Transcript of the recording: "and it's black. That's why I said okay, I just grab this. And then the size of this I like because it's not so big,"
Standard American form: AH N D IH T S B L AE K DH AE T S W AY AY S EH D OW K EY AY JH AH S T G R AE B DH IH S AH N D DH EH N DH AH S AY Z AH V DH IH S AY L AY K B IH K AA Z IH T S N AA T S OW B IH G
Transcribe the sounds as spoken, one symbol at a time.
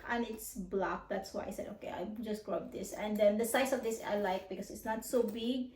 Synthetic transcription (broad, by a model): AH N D IH T S B L AE K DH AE T S W AY AY S EH D OW K EY AY JH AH S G R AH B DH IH S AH N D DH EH N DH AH S AY S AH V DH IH S AY L AY K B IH K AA S IH T S N AA T S OW B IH G